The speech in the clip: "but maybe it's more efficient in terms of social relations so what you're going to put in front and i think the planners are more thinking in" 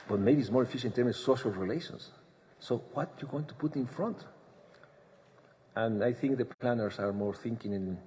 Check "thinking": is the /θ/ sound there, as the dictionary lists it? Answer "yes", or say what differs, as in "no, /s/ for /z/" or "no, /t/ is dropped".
yes